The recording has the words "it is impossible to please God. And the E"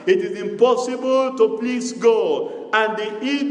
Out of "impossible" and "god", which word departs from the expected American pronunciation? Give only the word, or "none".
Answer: god